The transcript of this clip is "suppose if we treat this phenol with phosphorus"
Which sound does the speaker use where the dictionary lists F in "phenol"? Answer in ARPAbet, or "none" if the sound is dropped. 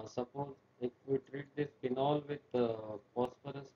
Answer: P